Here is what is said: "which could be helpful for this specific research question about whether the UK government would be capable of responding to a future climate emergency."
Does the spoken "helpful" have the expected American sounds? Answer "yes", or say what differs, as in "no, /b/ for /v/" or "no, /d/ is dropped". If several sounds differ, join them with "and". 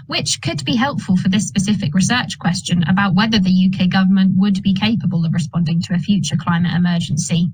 yes